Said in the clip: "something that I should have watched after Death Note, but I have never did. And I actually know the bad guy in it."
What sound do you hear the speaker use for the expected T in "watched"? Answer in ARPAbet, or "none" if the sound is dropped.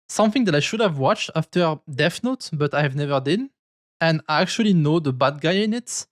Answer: T